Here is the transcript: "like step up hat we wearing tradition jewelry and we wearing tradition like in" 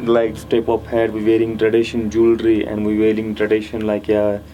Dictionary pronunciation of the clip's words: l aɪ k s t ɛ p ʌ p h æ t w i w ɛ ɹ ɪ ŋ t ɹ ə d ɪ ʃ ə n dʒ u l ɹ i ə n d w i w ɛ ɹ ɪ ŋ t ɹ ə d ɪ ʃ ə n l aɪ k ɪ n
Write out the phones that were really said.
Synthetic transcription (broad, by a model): l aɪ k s t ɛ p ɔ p h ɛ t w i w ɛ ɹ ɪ ŋ t ɹ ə d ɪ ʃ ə n dʒ u l ɹ i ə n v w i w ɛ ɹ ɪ ŋ t ɹ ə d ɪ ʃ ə n l aɪ k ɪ